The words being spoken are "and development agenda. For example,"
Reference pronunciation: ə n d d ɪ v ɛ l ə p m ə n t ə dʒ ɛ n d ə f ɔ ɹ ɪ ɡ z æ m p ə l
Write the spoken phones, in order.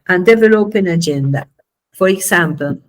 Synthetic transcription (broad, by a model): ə n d d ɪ v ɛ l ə p ə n ə dʒ ɛ n d ə f ɔ ɹ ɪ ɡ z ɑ m p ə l